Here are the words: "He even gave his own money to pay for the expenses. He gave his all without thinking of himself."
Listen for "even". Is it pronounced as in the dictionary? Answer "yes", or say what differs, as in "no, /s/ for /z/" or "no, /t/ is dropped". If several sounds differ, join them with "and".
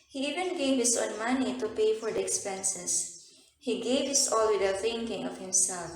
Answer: yes